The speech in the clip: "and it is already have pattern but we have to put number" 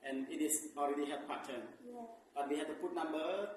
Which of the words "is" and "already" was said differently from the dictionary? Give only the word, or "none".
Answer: is